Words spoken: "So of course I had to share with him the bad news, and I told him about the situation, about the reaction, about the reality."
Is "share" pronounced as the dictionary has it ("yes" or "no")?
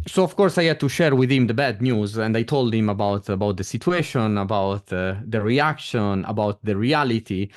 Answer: yes